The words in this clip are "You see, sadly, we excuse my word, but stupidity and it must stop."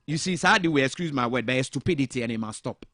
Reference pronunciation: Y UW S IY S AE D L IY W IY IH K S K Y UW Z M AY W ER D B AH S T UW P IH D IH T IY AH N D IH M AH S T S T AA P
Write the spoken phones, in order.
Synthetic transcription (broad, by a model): Y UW S IY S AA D IY W IY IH K S K Y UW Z M AY W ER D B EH S T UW P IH D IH T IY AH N IH M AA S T S T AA P